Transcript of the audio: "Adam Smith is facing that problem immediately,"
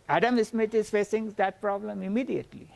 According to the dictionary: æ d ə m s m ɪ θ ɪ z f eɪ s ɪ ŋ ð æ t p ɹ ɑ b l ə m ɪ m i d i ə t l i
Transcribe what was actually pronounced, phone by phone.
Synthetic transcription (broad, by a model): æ d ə m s m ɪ t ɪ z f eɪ s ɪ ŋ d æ t p ɹ ɑ b l ə m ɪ m i d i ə t l i